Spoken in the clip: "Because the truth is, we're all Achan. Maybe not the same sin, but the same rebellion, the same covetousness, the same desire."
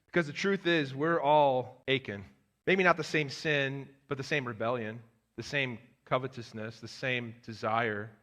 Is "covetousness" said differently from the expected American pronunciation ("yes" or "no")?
no